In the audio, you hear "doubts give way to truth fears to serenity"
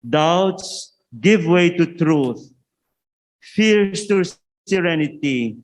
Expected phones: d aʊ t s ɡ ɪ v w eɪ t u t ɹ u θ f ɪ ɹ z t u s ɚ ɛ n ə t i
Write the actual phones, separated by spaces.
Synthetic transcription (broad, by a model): d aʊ t s ɡ ɪ v w eɪ t u t ɹ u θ f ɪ ɹ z t u s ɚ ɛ n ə t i